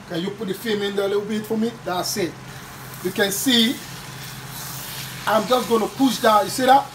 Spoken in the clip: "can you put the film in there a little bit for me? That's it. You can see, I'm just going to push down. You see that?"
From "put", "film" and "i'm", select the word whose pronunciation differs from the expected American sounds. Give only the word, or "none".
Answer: film